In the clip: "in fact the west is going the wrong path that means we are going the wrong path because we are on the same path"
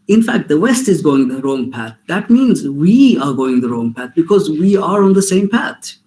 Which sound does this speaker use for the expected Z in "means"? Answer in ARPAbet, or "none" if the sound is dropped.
Z